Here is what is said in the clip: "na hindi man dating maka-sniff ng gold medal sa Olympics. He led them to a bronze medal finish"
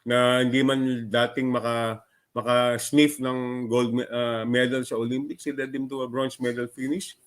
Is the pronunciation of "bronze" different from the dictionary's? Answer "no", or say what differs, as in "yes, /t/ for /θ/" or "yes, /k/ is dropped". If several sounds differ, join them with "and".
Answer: yes, /s/ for /z/